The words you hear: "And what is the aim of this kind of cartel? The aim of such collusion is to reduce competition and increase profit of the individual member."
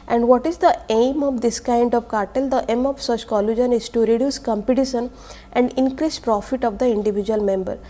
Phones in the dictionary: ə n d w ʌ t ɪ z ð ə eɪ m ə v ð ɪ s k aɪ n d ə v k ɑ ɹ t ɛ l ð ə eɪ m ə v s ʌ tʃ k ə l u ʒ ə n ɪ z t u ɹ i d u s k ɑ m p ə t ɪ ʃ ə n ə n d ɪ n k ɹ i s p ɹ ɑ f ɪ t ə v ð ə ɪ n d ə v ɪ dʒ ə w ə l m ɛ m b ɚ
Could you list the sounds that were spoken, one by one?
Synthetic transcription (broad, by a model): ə n d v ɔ t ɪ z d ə eɪ m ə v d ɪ s k aɪ n d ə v k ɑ ɹ t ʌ l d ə eɪ m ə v s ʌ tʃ k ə l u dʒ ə n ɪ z t u ɹ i d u s k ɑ m p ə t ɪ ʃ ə n ə n d ɪ n k ɹ i s p ɹ ɑ f ɪ t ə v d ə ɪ n d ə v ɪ dʒ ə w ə l m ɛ m b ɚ